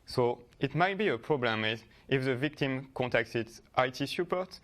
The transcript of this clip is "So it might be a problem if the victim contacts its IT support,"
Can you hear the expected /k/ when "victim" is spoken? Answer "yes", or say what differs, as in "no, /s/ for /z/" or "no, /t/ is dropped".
yes